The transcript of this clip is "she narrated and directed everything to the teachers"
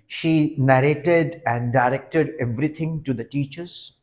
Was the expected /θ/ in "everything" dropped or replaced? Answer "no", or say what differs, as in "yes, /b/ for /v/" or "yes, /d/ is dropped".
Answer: yes, /t/ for /θ/